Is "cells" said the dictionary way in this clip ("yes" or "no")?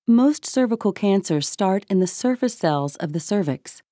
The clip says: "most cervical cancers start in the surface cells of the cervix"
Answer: yes